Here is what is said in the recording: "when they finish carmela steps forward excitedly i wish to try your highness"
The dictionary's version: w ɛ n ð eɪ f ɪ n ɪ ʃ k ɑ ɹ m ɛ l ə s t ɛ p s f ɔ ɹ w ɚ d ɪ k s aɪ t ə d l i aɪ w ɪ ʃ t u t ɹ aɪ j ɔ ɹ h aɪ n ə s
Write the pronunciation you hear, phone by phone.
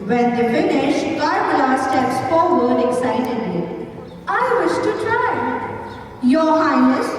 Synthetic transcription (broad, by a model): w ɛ n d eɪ f ɪ n ɪ ʃ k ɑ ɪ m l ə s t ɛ s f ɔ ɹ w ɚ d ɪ k s aɪ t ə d l i aɪ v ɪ ʃ t u t ɹ aɪ j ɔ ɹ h aɪ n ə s